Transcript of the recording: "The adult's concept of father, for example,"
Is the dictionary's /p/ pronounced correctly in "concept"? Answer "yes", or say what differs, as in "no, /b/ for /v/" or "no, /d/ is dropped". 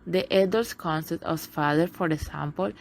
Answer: no, /p/ is dropped